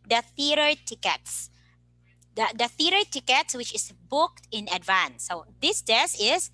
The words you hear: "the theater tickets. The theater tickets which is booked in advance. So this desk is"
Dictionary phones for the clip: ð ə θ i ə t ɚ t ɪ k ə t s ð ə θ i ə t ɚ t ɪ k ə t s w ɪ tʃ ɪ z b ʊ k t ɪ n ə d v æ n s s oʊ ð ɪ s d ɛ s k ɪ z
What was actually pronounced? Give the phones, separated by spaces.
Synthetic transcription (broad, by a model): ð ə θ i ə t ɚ t ɪ k ə t s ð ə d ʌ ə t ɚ t ɪ k ə t s w ɪ tʃ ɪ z b ʊ k t ɪ n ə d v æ n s s oʊ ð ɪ s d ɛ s ɪ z